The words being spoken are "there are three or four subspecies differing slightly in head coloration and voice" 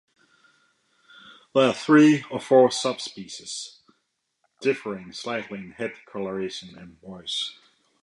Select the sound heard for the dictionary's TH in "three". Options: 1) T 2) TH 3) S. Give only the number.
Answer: 2